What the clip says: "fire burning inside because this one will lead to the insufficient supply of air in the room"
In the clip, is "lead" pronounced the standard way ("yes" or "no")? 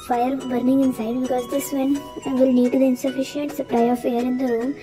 no